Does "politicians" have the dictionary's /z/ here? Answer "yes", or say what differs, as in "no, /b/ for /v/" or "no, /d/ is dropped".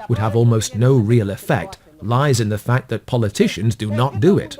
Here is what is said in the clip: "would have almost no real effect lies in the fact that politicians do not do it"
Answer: yes